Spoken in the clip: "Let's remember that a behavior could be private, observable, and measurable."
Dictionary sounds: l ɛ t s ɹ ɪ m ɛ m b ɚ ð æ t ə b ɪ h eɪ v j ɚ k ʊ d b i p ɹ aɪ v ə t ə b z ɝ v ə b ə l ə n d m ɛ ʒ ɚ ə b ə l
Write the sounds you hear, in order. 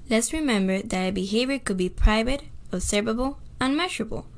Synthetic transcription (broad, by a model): l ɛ t s ɹ ɪ m ɛ m b ɚ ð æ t ə b ɪ h eɪ v j ɚ k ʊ d b i p ɹ aɪ v ə t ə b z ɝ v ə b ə l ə n m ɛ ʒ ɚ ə b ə l